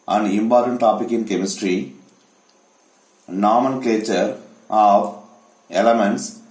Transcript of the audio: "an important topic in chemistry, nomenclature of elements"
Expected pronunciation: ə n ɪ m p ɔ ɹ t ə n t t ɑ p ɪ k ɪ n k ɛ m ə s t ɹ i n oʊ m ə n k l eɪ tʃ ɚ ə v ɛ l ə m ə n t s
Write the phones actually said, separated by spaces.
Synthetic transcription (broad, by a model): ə n ɪ m p ɔ ɹ t ə n t t ɑ p ɪ k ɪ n k ɛ m ə s t ɹ i n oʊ m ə n k l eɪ tʃ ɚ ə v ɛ l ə m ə n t s